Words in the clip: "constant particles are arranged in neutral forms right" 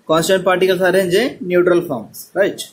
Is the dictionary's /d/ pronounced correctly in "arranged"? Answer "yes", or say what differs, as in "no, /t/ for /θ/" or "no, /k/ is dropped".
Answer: no, /d/ is dropped